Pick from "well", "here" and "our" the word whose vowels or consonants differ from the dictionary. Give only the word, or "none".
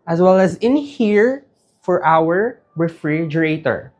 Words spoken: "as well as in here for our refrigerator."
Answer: none